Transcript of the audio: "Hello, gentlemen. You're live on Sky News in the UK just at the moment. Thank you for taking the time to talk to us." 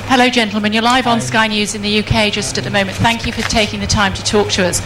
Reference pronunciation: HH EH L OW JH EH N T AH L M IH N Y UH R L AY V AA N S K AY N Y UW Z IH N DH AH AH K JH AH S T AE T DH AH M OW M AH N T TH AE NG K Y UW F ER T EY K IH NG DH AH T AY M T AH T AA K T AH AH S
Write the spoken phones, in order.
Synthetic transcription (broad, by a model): HH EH L OW JH EH N T L M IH N Y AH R L AY V N S K AY N Y UW Z IH N DH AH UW K JH AH S T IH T DH AH M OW M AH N TH AE NG K Y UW F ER T EY K IH NG DH AH T AY M T AH T AA K T AH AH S